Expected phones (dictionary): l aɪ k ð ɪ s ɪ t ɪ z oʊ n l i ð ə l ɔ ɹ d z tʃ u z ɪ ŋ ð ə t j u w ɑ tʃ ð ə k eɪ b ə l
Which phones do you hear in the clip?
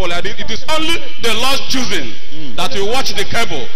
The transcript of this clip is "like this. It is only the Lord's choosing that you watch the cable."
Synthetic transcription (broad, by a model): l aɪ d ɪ ɪ t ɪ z oʊ n l i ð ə l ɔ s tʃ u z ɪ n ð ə t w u w ɑ tʃ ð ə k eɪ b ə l